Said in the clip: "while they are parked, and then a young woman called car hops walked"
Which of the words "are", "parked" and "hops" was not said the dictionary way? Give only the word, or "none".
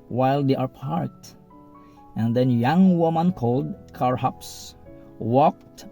parked